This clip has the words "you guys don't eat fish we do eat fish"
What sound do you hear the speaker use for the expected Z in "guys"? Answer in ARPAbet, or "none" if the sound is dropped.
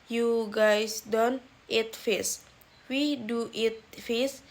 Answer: S